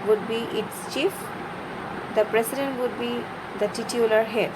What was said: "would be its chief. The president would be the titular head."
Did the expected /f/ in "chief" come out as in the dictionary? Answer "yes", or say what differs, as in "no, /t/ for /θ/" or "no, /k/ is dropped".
yes